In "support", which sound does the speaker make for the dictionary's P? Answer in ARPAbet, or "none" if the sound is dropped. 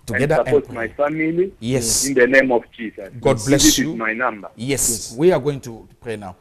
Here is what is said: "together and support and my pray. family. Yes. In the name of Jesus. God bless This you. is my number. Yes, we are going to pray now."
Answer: none